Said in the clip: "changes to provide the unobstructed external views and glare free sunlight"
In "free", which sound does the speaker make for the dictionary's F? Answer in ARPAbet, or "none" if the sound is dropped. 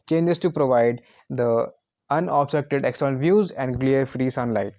F